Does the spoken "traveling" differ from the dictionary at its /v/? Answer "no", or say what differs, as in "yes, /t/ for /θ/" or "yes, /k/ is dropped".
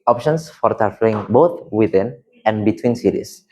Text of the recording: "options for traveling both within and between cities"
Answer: yes, /f/ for /v/